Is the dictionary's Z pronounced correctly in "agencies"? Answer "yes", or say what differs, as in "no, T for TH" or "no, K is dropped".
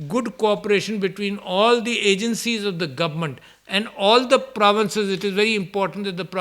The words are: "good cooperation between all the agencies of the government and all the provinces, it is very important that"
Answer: yes